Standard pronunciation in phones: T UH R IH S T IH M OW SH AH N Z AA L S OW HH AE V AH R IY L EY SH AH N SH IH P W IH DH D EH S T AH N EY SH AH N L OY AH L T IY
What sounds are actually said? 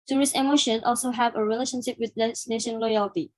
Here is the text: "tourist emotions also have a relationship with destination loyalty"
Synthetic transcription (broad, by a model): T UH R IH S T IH M OW SH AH N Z AA L S OW HH AE V AH R IY L EY SH AH N SH IH P W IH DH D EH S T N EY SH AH N L OY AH L T IY